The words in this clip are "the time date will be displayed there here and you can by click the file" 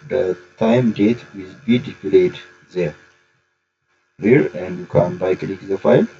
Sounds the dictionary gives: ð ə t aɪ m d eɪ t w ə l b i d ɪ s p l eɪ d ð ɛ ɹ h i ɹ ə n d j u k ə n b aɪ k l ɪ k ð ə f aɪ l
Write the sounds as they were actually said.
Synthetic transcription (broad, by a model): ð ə t aɪ m d eɪ t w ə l b i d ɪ p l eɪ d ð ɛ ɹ h i ɹ ə n d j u k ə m b aɪ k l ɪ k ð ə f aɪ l